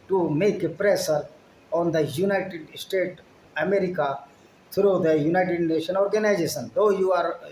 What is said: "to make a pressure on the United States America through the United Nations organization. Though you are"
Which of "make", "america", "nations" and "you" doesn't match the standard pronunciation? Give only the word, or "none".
nations